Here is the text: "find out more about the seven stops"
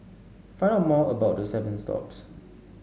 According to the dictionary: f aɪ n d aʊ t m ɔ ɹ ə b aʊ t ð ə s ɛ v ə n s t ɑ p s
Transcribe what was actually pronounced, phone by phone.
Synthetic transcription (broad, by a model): f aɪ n ʌ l m ɔ ə b aʊ t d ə s ɛ v ə n s t ɑ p s